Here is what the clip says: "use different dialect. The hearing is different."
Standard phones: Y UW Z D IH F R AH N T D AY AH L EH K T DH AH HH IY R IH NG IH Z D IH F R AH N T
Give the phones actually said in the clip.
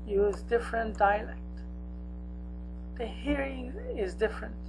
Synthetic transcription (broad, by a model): Y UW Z D IH F R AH N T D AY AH L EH K T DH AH HH IY R IH NG IH Z D IH F R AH N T